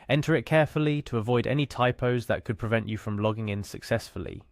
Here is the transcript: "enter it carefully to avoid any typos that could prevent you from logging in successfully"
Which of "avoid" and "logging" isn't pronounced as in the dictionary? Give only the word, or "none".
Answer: none